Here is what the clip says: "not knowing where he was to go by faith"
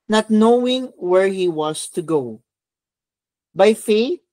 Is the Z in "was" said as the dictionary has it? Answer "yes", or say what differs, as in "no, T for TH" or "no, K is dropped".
no, S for Z